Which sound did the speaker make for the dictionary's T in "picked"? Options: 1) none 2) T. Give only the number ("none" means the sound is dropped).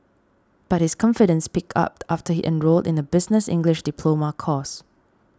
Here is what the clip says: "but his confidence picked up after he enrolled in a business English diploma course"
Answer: 1